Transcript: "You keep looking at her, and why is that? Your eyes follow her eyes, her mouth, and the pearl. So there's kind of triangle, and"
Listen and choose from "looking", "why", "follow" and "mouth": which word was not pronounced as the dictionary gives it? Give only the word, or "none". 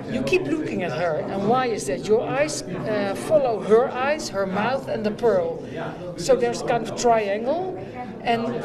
none